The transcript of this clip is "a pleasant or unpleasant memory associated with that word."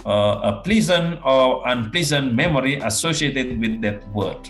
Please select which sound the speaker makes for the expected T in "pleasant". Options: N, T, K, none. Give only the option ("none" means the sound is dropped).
none